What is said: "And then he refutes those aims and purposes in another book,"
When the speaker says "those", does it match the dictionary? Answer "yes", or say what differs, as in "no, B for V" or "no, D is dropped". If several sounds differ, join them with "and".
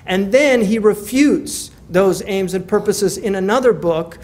yes